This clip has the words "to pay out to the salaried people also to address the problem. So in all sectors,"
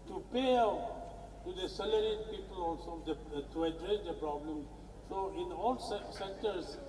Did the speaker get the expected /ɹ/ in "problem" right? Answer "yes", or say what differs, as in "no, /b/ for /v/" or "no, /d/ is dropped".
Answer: yes